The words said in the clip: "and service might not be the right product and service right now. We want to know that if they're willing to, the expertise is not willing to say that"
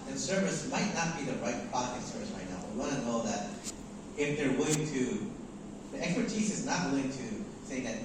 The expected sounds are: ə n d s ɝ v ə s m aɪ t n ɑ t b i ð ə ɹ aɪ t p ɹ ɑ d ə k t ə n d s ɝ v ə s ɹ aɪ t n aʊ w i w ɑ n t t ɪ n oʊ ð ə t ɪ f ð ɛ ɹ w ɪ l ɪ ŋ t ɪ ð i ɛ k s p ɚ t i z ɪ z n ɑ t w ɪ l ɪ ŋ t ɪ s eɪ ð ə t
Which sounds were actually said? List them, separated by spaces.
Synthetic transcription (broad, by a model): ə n s ɝ v ə s m aɪ t n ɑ t b i ð ə ɹ aɪ t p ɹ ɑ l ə t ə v s ɝ v ə s ɹ aɪ t n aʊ w i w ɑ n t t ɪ n oʊ ð ə t ɪ f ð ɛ ɹ w ɪ l ɪ ŋ t ɪ ð i ɛ k s p ɚ t i z ɪ z n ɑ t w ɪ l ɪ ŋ t ɪ s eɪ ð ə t